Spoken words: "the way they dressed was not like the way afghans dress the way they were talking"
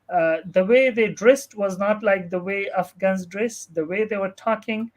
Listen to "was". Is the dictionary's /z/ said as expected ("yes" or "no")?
yes